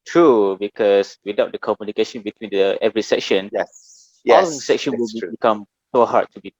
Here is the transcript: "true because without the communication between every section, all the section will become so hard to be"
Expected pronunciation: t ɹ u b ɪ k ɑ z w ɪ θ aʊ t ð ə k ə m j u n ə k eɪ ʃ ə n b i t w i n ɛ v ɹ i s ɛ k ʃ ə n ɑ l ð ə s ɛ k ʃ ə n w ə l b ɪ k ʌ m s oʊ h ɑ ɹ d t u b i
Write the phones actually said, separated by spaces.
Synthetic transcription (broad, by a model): t ɹ u b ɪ k ɑ s w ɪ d aʊ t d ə k ə m j u n ə k eɪ ʃ ə n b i t w i n ɛ v ɹ i s ɛ k ʃ ə n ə s ɛ k ʃ ə n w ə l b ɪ k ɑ m s oʊ h ɑ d t u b i